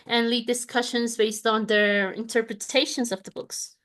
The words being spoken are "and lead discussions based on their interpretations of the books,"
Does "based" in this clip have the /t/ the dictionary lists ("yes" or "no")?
yes